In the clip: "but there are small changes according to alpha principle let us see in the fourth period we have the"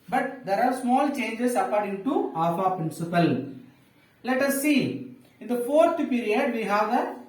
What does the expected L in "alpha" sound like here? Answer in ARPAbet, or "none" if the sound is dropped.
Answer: none